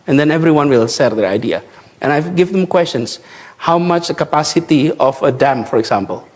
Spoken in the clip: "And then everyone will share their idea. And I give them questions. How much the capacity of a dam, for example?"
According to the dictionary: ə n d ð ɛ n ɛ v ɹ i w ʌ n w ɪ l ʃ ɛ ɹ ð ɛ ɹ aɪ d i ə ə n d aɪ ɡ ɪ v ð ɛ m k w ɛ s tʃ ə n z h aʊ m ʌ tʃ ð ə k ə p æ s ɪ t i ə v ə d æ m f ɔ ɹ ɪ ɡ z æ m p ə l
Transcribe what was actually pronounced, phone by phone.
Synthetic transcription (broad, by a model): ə n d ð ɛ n ɛ v ɹ i w ʌ n w ɪ l s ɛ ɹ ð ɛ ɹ aɪ d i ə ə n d aɪ ɡ ɪ v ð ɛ m k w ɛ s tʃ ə n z h aʊ m ʌ tʃ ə k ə p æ s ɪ t i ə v ə d æ m f ɔ ɹ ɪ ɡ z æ m p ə l